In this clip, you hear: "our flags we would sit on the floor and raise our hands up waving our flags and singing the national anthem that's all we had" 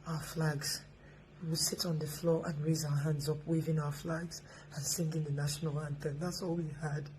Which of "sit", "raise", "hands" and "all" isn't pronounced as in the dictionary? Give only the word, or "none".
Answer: none